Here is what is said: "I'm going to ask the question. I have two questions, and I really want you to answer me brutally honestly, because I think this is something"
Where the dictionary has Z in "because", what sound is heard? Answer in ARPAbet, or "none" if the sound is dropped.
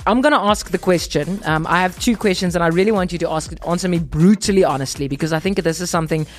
Z